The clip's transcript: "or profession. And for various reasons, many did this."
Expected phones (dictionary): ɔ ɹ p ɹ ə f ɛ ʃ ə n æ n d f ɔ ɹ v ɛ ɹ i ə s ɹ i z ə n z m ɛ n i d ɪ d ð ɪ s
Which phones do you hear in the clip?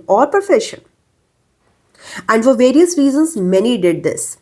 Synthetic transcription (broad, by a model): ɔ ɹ p ə f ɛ ʃ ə n æ n d f ɔ ɹ v ɛ ɹ i ə s ɹ i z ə n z m ɛ n i d ɪ d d ɪ s